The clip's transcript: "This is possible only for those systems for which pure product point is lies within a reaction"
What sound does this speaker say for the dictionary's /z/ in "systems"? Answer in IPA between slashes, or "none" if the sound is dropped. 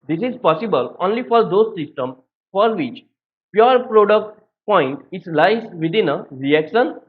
none